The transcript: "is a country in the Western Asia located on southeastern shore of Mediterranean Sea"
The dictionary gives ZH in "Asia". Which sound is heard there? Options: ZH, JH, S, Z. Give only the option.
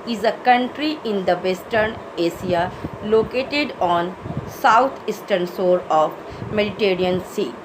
S